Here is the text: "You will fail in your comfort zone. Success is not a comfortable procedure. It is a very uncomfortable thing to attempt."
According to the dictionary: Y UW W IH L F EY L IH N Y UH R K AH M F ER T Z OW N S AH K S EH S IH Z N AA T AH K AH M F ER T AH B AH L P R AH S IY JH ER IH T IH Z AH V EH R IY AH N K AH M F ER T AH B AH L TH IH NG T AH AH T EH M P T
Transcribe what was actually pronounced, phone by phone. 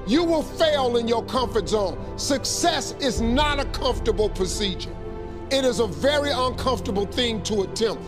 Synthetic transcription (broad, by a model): Y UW W IH L F EY L IH N Y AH R K AH M F ER T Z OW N S AH K S EH S IH Z N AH T AH K AH M F T AH B L P R AH S IY JH ER IH T IH Z AH V EH R IY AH N K AH M F T AH B L TH IH NG T AH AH T EH M P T